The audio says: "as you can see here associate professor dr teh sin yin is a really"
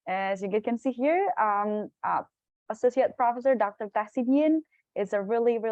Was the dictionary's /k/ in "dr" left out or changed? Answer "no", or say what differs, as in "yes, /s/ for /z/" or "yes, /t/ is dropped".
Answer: no